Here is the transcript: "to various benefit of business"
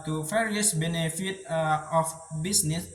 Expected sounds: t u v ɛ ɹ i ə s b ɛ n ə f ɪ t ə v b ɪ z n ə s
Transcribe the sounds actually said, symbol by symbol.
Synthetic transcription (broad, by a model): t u f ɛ ɹ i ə s b ɛ n ə f ɪ t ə f b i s n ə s